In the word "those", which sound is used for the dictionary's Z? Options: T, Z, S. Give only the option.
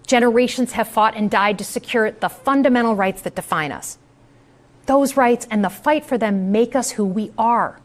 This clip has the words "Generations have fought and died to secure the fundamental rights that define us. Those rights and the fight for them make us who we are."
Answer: Z